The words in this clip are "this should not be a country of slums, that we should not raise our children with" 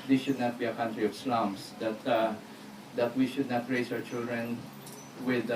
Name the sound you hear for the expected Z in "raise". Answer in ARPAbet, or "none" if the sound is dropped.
S